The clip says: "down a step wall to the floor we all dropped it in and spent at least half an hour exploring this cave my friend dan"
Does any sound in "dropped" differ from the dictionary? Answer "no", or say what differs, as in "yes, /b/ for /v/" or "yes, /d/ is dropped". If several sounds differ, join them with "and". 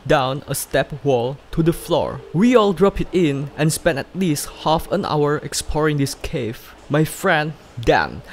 yes, /t/ is dropped